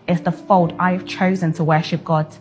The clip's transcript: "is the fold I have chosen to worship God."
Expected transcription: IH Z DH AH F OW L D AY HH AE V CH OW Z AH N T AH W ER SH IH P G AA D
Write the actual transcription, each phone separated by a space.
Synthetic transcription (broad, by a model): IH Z DH AH F OW L D AY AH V CH OW Z AH N T AH W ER SH IH P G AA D